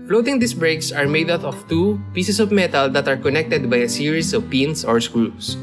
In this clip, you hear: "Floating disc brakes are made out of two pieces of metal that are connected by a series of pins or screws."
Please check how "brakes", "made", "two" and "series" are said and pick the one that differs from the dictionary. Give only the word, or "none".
series